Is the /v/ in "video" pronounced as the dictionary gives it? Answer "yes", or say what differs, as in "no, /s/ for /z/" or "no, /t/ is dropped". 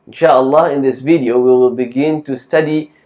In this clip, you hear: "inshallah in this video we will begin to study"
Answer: yes